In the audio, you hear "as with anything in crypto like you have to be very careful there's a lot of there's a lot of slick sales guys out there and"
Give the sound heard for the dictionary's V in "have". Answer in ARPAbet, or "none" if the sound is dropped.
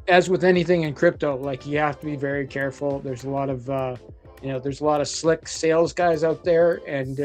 F